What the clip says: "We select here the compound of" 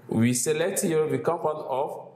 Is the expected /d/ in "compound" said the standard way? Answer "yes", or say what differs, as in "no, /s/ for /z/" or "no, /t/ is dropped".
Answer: no, /d/ is dropped